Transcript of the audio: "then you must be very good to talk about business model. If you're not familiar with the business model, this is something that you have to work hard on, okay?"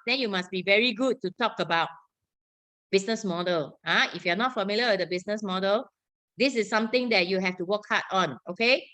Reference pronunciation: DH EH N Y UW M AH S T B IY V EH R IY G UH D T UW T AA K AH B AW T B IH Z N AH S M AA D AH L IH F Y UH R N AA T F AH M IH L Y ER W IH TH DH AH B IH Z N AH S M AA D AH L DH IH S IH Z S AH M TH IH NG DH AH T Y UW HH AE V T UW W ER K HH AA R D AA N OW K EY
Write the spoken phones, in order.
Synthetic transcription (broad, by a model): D EH N Y UW M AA S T B IY V EH R IY G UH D T UW T AA K AH B AW T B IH S N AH S M AA D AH L IH F Y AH N AA T F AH M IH L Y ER W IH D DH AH B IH S N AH S M AA D AH L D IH S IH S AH M T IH NG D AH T Y UW HH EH F T UW W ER K HH AA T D AA N OW K EY